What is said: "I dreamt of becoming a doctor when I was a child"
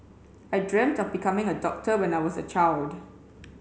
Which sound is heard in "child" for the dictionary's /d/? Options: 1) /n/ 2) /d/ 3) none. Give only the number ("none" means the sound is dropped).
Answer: 2